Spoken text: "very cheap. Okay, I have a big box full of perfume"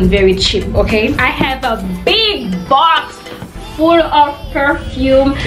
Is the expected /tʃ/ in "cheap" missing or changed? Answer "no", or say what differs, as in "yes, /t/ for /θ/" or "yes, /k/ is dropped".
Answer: no